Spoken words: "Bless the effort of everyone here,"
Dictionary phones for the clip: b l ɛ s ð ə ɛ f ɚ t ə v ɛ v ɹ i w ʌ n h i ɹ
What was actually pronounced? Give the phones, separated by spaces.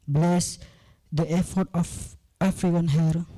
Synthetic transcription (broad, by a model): b l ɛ s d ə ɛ f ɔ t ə f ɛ f ɹ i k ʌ n h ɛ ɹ